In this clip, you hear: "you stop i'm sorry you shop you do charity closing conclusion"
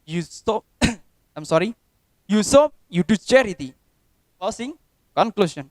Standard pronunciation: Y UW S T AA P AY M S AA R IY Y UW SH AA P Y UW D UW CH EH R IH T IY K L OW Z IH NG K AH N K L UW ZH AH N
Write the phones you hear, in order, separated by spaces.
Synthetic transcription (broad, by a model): Y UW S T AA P AY M S AA R IY Y UW S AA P Y UW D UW CH EH R IH T IY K OW S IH NG K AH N K L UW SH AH N